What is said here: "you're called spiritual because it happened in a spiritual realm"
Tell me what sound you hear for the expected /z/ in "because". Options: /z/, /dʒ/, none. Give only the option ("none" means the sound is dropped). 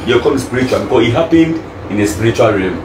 none